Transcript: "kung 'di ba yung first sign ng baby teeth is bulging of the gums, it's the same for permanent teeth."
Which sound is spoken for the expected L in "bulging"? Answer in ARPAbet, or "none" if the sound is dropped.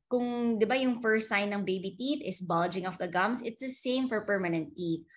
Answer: L